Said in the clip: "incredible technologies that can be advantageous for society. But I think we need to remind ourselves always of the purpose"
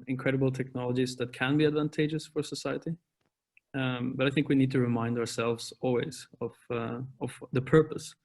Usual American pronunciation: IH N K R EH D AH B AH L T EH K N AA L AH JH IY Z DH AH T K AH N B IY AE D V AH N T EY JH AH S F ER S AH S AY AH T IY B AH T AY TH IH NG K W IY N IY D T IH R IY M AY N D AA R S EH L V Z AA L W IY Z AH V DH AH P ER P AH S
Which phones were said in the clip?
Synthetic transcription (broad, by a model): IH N K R EH D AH B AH L T EH K N AA L AH JH IY Z DH AH T K AH N B IY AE D V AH N T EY JH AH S F ER S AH S AY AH T IY B AH T AY TH IH NG K W IY N IY D T IH R IY M AY N D AA R S EH L V Z AA L W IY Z AH V DH AH P ER P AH S